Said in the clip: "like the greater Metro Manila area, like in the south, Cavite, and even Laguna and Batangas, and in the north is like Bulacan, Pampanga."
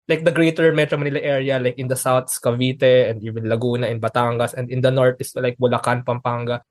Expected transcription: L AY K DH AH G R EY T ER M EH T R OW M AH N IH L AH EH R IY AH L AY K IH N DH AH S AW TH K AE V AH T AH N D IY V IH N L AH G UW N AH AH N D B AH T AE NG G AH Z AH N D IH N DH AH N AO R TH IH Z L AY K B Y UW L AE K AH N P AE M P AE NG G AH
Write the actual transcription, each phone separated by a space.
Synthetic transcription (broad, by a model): L AY K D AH G R EY T ER M EH T R OW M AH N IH L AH EH R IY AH L AY K IH N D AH S AW S K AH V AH T AH N D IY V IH N L AH G UW N AH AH N B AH T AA NG G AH S AH N D IH N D AH N AO R T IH S L AY K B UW L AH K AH N P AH M P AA NG G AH